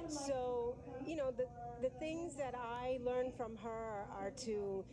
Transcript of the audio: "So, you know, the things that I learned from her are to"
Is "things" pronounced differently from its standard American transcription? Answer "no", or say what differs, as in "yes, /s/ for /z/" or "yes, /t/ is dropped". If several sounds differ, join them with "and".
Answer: no